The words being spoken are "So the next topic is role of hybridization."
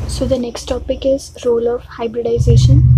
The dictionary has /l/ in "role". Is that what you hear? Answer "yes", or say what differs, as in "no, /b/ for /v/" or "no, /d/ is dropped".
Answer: yes